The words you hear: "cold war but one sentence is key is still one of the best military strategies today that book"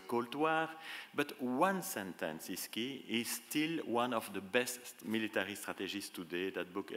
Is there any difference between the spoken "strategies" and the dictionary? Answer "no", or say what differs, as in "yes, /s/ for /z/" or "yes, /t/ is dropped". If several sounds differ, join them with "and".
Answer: yes, /ʒ/ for /dʒ/ and /s/ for /z/